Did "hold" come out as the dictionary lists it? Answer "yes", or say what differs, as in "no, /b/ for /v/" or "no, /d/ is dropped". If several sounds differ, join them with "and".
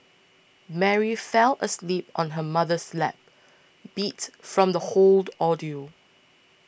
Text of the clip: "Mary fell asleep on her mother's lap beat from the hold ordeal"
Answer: yes